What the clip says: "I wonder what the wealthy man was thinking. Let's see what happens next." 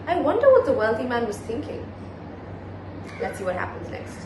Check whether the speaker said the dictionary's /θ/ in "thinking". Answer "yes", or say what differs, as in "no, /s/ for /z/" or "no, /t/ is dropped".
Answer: yes